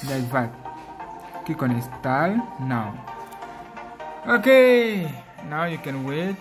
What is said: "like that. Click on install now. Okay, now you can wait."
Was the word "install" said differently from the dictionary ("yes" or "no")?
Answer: yes